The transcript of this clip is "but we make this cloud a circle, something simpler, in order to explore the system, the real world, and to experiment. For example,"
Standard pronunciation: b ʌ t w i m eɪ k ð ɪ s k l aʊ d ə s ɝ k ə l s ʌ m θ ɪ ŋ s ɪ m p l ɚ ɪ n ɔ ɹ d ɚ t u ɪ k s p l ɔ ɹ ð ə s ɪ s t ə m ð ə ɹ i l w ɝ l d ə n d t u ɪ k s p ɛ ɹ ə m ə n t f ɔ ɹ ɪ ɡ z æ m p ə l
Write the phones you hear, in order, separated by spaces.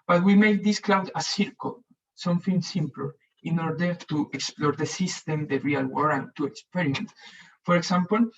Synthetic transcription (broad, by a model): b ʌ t w i m eɪ k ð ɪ s k l aʊ d ə s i k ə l s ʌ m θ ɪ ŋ s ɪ m p l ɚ ɪ n ɔ ɹ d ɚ t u ɪ k s p l ɔ ɹ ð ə s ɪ s t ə m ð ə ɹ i l w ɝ d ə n t u ɪ k s p ɛ ɹ ə m ə n t f ɔ ɹ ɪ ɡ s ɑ m p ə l